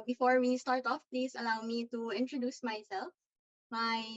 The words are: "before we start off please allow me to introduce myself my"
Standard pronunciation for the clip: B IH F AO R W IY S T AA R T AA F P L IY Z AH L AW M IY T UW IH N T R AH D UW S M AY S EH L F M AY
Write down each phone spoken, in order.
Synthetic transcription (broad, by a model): B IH F AO R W IY S T AA R T AA F P L IY S AH L AW M IY T UW IH N T R AH D UW S M AY S EH L F M AY